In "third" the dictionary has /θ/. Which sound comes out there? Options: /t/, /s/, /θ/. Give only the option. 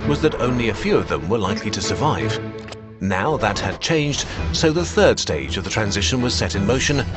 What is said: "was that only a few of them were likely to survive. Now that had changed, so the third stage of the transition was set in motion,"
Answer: /θ/